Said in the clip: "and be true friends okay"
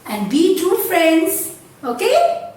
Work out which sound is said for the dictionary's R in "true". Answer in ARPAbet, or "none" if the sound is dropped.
none